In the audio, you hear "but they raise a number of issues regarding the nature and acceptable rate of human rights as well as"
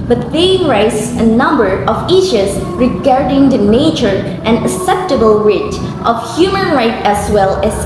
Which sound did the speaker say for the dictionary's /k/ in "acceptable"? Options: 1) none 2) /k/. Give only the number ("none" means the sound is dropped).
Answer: 1